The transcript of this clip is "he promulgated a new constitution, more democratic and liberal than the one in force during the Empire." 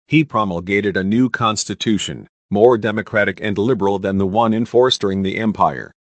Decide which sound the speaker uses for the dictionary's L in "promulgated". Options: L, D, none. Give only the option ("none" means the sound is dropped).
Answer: L